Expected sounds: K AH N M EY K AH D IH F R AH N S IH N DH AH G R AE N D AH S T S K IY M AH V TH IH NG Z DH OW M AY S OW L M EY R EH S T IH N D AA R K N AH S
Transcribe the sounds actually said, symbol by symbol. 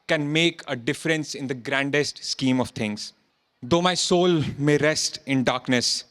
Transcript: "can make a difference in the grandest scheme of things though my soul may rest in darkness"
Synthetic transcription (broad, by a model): K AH N M EY K AH D IH F R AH N S IH N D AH G R AE N D AH S T S K IY M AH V T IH NG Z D OW M AY S OW L M EY R EH S T IH N D AA R K N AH S